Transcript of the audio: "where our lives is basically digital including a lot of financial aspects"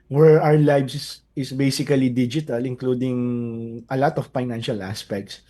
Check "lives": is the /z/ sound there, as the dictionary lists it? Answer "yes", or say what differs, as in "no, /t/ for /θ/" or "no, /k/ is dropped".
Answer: no, /s/ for /z/